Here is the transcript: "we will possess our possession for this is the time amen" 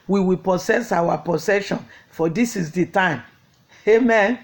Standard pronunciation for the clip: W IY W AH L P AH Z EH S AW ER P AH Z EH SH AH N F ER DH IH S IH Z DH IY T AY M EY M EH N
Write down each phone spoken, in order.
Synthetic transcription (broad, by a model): W IY W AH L P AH S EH S AW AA P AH S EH SH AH N F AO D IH S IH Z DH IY T AY M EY M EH N